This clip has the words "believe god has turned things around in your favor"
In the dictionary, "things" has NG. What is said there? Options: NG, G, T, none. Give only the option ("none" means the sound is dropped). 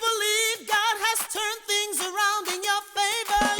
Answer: NG